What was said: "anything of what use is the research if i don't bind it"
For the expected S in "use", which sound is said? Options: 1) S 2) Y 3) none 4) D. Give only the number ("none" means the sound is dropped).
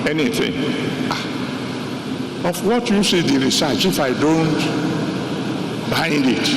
1